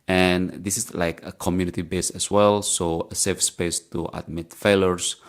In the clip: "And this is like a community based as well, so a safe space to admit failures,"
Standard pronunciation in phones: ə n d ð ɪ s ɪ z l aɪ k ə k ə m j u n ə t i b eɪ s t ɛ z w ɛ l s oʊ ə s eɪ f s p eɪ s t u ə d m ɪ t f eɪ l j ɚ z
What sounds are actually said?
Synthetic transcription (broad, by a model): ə n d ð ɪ s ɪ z l aɪ k ə k ə m j u n ə t i b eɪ s ɛ s w ɛ l s oʊ ə s eɪ f s p eɪ s t u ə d m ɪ t f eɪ l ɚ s